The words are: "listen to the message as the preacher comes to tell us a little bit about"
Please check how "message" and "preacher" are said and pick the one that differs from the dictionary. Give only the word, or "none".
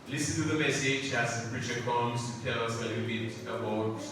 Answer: preacher